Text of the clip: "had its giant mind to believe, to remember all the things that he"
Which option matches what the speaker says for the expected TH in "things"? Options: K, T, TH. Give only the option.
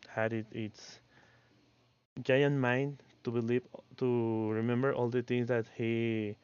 T